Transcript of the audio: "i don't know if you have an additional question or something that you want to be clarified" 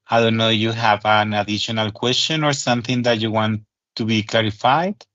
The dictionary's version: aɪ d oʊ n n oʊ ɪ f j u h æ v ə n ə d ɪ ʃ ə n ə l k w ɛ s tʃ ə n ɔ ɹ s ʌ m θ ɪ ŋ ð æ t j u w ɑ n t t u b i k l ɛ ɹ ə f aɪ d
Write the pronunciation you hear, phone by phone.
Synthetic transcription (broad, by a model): aɪ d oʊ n n oʊ j u h æ v ə n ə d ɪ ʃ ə n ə l k w ɛ s tʃ ə n ɔ ɹ s ʌ m θ ɪ ŋ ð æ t j u w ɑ n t t u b i k l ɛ ɹ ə f aɪ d